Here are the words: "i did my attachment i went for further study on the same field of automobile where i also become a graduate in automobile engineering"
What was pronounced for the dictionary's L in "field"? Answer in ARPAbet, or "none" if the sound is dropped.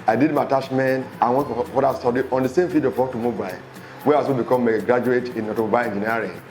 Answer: none